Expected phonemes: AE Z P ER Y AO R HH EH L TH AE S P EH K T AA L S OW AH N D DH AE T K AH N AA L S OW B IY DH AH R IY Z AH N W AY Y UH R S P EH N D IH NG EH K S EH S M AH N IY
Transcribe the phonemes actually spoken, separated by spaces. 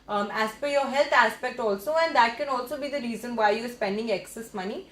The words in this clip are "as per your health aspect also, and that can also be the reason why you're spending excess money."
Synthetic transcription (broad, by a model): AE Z F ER Y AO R HH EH L T AE S P EH K T AA L S OW AH N D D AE T K AH N AA L S OW B IY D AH R IY Z AH N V AY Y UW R S P EH N D IH NG EH K S EH S M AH N IY